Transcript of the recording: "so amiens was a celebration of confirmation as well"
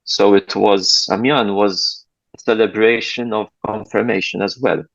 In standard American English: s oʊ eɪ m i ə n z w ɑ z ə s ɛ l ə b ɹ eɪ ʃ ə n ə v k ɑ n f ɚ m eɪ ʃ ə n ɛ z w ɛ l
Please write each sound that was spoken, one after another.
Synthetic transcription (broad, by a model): s oʊ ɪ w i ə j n w ɑ z ə s ɛ l ə b ɹ eɪ ʃ ə n ə v k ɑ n f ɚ m eɪ ʃ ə n ɛ z w ɛ l